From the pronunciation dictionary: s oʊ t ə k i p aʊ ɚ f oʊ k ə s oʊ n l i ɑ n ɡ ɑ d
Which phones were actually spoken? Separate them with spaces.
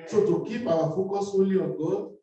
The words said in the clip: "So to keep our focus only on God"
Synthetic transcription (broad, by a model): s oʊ t ə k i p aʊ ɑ f oʊ k ə s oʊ l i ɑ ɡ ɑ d